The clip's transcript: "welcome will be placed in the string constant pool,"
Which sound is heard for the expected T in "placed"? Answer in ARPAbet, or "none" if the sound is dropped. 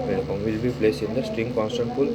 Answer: none